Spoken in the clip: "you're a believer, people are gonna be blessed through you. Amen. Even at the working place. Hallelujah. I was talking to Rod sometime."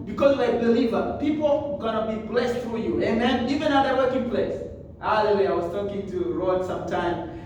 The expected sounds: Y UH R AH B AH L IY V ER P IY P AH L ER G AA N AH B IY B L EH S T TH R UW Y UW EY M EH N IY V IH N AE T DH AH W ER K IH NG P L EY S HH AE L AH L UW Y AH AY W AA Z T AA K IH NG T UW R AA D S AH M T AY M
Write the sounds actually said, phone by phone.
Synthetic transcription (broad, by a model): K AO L AH B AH L IY V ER P IY P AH L G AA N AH B IY B L EH S T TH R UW Y UW EY M EH N IY V IH N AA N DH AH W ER K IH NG P L EY S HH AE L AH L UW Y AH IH W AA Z T AA K IH NG T UW R AA D S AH M T AY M